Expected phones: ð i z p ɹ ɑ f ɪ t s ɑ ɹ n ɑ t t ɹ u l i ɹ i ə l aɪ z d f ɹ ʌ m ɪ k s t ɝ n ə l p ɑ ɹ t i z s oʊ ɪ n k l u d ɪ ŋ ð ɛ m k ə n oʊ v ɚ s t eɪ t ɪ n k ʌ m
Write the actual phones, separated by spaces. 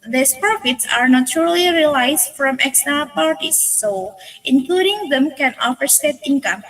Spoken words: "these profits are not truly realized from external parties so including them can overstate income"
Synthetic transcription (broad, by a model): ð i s p ɹ ɑ f ɪ t s ɑ ɹ n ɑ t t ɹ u l i ɹ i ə l aɪ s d f ɹ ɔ m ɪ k s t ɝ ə p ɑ ɹ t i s oʊ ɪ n k l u d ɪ ŋ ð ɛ m k ə n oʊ f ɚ s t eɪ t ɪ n k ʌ m